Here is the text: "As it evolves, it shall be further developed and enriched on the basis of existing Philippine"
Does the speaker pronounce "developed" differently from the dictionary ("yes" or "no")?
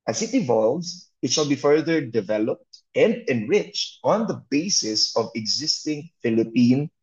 no